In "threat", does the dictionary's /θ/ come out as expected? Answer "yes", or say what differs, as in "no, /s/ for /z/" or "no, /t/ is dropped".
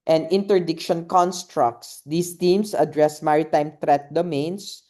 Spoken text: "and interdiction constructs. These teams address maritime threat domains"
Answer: no, /t/ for /θ/